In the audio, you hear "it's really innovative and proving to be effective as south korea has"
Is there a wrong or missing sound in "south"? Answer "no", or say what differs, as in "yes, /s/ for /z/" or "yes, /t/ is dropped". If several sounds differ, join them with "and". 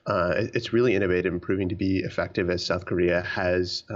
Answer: no